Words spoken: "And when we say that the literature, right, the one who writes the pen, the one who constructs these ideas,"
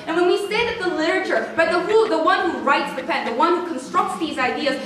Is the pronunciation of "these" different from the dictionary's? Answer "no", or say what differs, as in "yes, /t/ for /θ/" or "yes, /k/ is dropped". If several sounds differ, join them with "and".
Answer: no